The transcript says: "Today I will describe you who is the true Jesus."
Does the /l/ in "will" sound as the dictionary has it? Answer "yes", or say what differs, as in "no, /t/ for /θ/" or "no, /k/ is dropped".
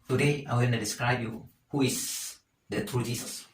no, /n/ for /l/